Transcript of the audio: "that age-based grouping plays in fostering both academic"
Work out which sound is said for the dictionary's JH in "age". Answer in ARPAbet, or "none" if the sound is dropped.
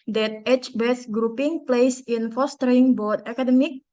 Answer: CH